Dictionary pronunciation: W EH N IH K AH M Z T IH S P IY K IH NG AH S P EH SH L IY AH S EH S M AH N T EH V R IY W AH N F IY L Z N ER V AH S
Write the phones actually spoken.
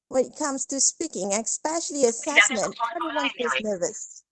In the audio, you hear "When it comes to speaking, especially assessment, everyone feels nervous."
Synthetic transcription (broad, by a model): W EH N IH K AH M Z T IH S P IY K IH NG AH S P EH SH L IY AH S EH S M AH N T EH V R IY W AH N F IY Z N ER V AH S